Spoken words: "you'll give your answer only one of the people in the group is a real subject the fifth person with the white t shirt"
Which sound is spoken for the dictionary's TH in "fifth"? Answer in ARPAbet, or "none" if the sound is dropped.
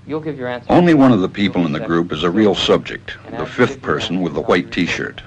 TH